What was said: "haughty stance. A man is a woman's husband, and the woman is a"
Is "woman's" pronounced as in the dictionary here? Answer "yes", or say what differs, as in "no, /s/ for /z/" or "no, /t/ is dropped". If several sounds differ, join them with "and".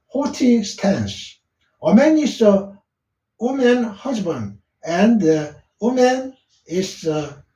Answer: no, /z/ is dropped